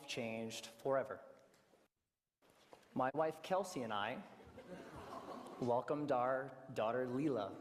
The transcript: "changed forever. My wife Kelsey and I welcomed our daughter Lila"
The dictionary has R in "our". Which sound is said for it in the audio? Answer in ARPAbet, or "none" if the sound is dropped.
R